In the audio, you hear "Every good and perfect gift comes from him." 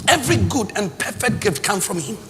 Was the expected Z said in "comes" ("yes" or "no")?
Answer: no